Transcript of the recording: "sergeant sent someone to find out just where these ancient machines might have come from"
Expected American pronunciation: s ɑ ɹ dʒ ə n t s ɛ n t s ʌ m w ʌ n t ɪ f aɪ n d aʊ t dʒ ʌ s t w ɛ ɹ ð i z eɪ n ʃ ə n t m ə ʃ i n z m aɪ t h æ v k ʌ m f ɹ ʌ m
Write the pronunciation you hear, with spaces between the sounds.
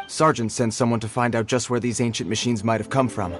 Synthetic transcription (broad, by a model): s ɑ ɹ dʒ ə n t s ɛ n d s ʌ m w ʌ n t ɪ f aɪ n d aʊ t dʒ ʌ s t w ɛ ɹ ð i z eɪ n ʃ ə n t m ə ʃ i n z m aɪ t h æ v k ʌ m f ɹ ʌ m